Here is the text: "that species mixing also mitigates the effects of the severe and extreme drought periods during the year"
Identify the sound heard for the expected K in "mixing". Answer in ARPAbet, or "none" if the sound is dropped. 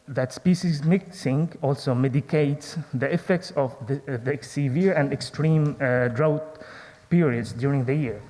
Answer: K